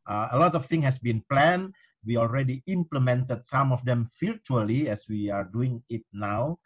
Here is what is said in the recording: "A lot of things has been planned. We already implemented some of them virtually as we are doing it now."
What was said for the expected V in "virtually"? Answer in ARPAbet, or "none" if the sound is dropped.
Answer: F